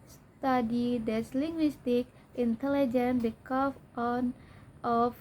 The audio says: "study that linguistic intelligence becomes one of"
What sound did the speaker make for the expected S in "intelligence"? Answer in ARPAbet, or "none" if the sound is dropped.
none